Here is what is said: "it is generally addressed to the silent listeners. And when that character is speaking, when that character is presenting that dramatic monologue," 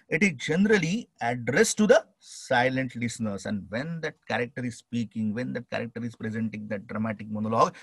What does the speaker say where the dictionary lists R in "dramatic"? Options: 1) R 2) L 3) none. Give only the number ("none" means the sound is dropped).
1